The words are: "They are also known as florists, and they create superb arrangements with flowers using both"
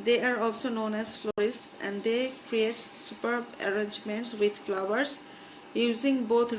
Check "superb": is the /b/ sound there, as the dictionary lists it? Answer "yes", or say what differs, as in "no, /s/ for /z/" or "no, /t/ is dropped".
yes